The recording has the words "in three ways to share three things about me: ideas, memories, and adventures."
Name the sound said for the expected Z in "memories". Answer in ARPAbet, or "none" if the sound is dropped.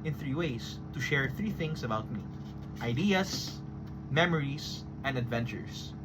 S